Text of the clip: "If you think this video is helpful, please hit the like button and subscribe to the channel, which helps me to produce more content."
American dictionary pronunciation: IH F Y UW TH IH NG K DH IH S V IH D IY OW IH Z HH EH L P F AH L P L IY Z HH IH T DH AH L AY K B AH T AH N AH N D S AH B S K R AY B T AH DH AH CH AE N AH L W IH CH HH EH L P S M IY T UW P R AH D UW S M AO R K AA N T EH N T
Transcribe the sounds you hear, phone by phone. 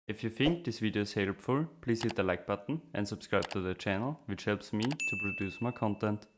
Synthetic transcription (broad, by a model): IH F Y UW F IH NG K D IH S V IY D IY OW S HH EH L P F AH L P L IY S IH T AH L AY K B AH T N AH N S AH B S K R AY B T AH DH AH CH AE N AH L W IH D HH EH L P S M IY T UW P R AH D UW S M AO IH K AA N T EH N T